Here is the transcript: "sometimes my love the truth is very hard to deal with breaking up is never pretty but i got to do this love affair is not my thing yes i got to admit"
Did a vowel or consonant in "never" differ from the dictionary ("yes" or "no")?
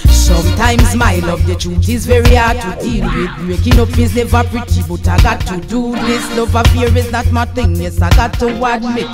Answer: yes